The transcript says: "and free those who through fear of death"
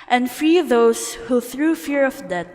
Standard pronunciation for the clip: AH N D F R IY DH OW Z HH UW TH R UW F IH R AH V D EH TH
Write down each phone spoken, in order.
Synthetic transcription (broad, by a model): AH N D F R IY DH OW S HH UW TH R UW F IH R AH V D EH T